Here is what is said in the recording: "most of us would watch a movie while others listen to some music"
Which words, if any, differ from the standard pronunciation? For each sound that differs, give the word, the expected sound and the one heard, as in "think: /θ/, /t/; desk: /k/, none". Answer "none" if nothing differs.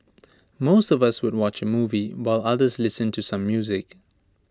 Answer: none